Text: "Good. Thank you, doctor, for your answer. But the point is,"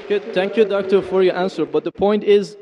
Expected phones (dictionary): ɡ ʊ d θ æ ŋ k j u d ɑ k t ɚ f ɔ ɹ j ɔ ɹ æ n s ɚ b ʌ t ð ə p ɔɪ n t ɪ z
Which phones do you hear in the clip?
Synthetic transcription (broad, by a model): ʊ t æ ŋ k j u d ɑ k t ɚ f ɔ ɹ j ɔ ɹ æ n s ɚ b ʌ t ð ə p ɔɪ n t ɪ z